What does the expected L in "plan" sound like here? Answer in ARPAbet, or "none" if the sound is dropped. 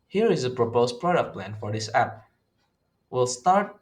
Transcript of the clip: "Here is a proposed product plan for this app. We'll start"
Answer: L